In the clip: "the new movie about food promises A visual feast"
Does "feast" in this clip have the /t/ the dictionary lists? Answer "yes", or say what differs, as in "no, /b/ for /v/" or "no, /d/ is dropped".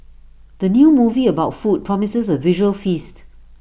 yes